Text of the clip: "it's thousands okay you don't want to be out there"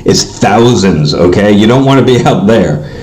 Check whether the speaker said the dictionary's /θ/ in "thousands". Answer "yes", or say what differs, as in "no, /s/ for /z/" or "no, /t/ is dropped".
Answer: yes